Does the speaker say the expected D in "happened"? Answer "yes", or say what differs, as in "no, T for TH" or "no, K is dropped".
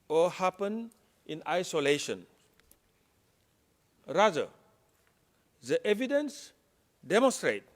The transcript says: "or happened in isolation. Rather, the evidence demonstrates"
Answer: no, D is dropped